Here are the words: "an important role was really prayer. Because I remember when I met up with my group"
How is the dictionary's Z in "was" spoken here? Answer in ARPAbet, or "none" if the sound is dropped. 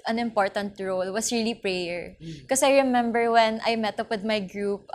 S